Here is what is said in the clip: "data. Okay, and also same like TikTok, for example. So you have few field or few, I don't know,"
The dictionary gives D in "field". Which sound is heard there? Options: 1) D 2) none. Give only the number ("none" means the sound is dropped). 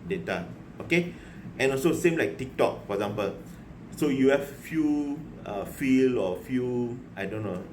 2